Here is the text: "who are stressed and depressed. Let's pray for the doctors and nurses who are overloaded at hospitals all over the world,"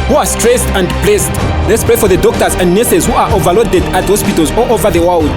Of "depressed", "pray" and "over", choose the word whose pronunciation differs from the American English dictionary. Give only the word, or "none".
depressed